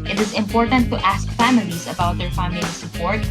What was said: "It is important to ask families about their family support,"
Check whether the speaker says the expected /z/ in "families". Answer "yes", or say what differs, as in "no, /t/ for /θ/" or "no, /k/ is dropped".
yes